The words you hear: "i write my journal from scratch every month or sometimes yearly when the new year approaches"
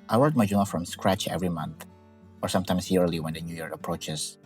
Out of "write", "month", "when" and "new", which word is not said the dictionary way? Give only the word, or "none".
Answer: write